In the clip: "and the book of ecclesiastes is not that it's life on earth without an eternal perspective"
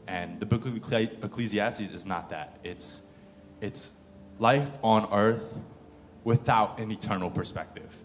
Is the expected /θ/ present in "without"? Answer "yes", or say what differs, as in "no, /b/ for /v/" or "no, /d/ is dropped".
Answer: yes